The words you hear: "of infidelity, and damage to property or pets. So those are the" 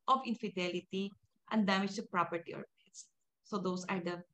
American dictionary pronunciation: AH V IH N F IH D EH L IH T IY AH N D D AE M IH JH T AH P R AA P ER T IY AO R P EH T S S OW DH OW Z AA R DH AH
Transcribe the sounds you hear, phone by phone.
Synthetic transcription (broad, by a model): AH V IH N F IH D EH L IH T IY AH N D D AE M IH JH T AH P R AA P ER T IY AO R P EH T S S OW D OW S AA R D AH